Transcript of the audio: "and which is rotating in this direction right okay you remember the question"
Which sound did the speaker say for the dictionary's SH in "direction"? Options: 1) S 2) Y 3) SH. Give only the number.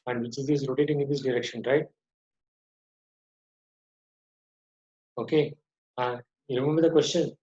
3